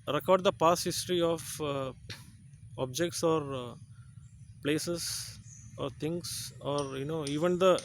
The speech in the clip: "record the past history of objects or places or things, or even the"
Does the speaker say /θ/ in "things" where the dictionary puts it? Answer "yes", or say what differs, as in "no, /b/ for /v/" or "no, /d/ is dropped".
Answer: no, /t/ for /θ/